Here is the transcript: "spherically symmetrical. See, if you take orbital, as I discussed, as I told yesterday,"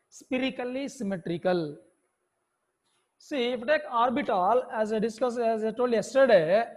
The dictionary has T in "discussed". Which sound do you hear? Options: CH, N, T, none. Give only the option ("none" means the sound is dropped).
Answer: none